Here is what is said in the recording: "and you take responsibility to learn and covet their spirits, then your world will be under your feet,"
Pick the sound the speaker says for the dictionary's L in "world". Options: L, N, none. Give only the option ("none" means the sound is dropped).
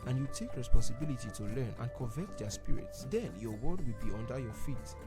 none